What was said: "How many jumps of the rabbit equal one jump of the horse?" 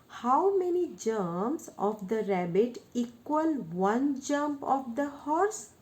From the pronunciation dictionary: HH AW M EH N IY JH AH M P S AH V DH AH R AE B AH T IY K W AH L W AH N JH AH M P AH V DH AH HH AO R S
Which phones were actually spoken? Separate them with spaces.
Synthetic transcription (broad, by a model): HH AW M EH N IY JH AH M S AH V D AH R AE B AH T IY K W AH L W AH N JH AH M P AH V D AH HH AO R S